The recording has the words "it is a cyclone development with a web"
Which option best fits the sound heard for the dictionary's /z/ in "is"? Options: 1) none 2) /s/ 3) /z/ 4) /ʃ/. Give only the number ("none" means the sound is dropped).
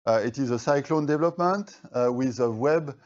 3